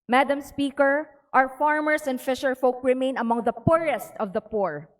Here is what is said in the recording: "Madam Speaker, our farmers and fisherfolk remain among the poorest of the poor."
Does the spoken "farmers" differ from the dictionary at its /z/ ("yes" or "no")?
yes